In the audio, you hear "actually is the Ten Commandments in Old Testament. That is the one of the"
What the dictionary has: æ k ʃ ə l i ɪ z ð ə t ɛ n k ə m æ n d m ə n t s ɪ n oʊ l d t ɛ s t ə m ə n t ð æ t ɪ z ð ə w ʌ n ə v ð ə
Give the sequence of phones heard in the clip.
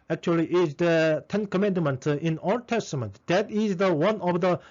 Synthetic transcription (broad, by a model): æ k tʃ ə l i ɪ z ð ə t ɛ n k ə m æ n d m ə n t ɪ n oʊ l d t ɛ s t ə m ə n t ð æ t ɪ z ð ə w ʌ n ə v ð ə